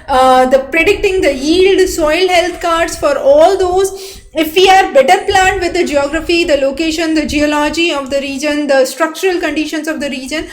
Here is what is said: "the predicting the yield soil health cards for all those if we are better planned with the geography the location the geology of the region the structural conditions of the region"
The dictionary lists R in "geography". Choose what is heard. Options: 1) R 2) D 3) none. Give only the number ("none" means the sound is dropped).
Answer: 1